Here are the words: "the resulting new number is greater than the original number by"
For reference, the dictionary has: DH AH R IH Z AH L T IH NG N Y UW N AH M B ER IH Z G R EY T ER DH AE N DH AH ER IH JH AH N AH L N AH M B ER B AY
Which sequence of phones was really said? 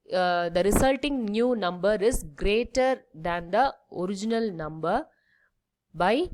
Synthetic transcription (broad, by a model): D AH R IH S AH L T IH NG N Y UW N AH M B ER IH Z G R EY T ER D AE N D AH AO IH JH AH N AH L N AH M B ER B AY